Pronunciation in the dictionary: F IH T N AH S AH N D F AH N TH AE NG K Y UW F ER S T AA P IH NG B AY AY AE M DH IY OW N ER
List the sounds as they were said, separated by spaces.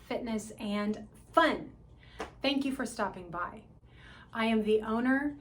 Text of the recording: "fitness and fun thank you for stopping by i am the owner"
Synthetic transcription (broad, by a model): F IH T N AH S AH N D F AH N TH AE NG K Y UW F ER S T AA P IH NG B AY AY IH M DH IY OW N ER